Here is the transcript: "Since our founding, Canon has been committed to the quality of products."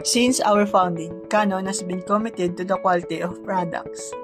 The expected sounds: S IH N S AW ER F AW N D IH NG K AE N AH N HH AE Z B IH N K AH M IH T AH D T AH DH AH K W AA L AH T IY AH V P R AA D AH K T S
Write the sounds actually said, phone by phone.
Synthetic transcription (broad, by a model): S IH N S AW ER F AW N D IH NG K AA N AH N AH S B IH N K AH M IH T AH D T AH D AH K W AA L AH T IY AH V P R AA D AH K T S